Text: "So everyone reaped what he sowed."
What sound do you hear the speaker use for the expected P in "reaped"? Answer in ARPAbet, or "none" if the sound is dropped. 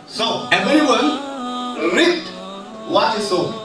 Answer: none